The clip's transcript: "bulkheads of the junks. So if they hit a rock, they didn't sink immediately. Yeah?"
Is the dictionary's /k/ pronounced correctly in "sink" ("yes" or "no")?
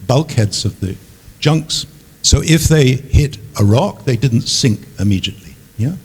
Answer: yes